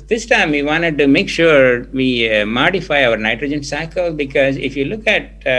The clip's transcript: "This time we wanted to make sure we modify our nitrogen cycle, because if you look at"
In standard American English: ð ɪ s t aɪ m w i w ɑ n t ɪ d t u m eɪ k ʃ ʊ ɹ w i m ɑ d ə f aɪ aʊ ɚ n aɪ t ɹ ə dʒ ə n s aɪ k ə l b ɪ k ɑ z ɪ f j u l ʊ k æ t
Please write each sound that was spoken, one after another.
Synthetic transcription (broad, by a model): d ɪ s t aɪ m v i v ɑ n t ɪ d t u m eɪ k ʃ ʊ ɹ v i m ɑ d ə f aɪ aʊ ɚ n aɪ t ɹ ə dʒ ə n s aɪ k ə l b ɪ k ɑ z ɪ f j u l ʊ k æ t